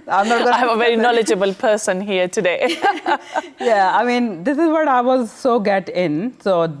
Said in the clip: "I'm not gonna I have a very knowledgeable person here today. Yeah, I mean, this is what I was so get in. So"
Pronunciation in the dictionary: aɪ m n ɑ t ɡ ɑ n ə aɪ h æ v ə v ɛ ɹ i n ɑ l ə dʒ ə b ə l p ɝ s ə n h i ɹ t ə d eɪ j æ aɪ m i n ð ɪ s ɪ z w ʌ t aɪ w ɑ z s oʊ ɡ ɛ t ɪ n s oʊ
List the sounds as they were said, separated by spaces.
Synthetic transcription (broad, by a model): aɪ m n ɑ t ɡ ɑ ə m ə v ɛ ɹ i n ɑ l ə dʒ ə b ə l p ɝ s ə n h i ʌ t ə d eɪ j æ aɪ m i n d ɪ s ɪ z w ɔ t aɪ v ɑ z s oʊ ɡ ɛ t ɪ n s oʊ